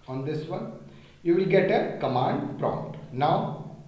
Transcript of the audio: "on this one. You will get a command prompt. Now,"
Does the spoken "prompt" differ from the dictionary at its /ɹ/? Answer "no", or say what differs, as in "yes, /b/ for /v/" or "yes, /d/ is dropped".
no